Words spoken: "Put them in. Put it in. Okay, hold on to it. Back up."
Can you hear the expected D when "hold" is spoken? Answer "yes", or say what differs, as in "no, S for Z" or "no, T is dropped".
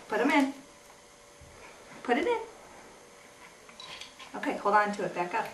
no, D is dropped